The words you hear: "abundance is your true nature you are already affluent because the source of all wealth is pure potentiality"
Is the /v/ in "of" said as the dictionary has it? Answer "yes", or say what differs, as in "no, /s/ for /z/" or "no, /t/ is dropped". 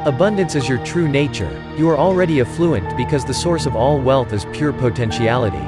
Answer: yes